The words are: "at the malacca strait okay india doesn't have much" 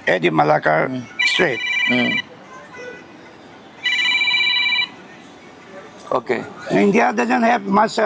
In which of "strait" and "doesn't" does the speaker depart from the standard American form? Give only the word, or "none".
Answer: none